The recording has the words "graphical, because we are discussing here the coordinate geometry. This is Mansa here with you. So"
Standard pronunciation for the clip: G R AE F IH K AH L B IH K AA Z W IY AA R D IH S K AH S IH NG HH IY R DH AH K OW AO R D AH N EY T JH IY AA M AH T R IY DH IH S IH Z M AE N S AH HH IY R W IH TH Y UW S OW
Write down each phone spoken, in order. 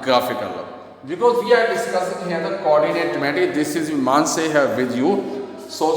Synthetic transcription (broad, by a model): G R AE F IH K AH L B IH K AA Z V IY AA R D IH S K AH S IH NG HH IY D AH K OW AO R D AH N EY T M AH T IY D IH S IH Z M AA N S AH HH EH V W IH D Y UW S OW